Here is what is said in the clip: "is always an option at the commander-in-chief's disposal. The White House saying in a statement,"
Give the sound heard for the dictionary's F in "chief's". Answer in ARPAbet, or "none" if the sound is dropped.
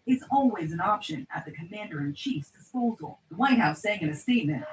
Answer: F